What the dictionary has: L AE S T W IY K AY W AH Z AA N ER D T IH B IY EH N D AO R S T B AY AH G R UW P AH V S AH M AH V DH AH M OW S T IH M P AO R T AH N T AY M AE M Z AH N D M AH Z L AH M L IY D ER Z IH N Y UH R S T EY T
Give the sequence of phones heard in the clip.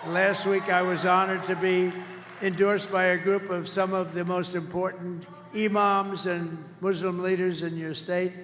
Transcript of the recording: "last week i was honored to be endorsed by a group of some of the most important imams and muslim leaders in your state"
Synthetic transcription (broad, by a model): L AE S T W IY K AY W AH Z AA N ER D T IH B IY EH N D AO R S B AY AH G R UW P AH V S AH M AH V DH AH M OW S T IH M P AO R T N T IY M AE M Z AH N M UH Z L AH M L IY D ER Z IH N Y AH R S T EY T